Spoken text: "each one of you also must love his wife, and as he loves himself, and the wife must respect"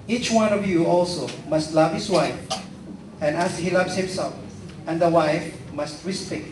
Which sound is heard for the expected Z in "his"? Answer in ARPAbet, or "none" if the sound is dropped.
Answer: S